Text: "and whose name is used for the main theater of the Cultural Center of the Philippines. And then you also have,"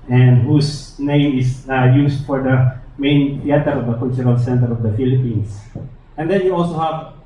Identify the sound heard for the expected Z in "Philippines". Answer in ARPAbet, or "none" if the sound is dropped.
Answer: S